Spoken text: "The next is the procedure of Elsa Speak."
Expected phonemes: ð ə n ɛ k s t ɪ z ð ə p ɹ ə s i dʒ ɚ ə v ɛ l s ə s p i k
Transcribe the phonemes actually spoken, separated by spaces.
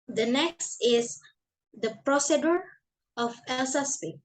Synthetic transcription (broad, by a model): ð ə n ɛ k s t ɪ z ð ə p ɹ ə s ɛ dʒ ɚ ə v ɛ l s ə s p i